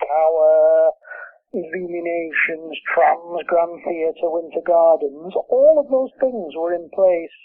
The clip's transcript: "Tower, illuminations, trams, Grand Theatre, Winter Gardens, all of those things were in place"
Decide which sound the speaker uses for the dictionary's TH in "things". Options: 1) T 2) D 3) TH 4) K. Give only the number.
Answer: 3